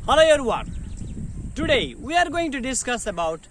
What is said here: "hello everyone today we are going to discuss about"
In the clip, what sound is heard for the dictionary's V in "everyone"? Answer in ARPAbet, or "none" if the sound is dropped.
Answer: none